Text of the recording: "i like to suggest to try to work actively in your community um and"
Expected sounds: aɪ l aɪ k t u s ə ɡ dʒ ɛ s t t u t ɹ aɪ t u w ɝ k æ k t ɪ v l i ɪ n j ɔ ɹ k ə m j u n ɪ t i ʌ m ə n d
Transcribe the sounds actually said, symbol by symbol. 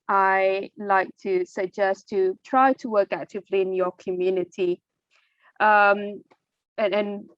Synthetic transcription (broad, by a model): aɪ l aɪ k t u s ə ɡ dʒ ɛ s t t u t ɹ aɪ t u w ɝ k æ t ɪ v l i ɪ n j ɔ k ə m j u n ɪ t i ʌ m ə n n